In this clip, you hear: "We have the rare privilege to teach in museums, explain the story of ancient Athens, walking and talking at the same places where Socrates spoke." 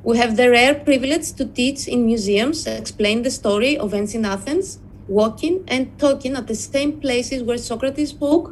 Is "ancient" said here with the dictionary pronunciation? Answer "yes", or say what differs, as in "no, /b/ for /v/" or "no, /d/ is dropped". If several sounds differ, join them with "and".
no, /s/ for /ʃ/ and /t/ is dropped